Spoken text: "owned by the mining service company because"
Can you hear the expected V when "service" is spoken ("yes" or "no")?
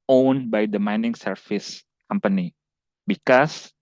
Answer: no